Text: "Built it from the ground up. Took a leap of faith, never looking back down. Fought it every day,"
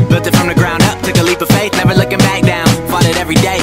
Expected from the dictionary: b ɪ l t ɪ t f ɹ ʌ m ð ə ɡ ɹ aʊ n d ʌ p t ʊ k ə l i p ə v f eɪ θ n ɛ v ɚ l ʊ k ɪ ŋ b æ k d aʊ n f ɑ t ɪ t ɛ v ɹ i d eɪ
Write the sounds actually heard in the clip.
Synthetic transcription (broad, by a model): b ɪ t ɪ t f ɹ ʌ m ð ə ɡ ɹ aʊ n d ʌ p t ʊ k ə l i p ə v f eɪ s n ɛ v ɚ l ʊ k ɪ ŋ b æ k d aʊ n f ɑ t ɪ t ɛ v ɹ i d eɪ